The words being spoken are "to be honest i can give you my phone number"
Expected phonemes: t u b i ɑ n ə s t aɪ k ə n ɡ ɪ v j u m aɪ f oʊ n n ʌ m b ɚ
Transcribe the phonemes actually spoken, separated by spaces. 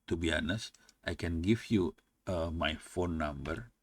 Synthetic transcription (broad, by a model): t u b i ɑ n ə s t aɪ k ə n ɡ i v j u m aɪ f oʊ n n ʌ m b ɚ